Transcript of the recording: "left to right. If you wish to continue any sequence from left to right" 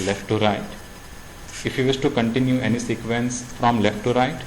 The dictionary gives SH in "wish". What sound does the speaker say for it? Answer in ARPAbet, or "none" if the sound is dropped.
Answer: S